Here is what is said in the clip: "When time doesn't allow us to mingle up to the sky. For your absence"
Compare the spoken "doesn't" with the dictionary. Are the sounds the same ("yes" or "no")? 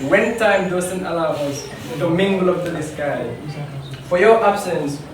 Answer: no